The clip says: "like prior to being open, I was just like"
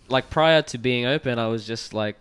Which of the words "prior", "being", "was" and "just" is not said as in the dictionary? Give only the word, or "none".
none